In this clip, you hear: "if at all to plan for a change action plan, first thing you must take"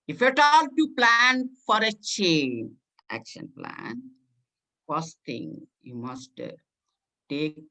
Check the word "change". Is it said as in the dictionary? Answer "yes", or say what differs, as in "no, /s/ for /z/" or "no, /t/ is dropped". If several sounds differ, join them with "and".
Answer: no, /dʒ/ is dropped